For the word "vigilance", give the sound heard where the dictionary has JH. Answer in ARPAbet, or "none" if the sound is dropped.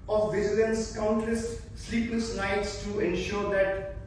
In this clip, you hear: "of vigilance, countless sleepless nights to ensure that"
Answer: Z